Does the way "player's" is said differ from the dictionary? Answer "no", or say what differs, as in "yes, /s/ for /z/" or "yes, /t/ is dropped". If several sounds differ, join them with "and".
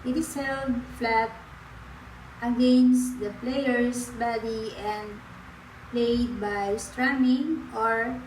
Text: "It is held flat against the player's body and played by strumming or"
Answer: yes, /s/ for /z/